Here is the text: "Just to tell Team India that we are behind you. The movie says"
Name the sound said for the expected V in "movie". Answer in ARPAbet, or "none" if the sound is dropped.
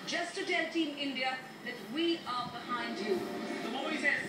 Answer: none